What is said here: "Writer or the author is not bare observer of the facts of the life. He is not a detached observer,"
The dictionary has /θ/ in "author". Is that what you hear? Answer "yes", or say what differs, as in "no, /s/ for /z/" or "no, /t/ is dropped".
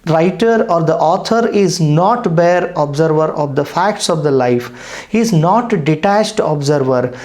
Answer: no, /t/ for /θ/